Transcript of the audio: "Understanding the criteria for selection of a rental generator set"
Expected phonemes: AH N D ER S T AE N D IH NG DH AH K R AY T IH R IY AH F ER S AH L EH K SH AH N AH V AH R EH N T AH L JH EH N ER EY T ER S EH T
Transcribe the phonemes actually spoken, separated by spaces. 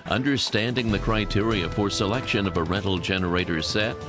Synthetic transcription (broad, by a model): AH N D ER S T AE N D IH NG DH AH K R AY T IH R IY AH F ER S AH L EH K SH AH N AH V AH R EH T L JH EH N ER EY T ER S EH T